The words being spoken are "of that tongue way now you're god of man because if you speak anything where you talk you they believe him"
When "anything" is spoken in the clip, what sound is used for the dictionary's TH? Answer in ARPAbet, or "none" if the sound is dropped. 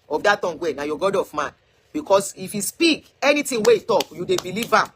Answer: T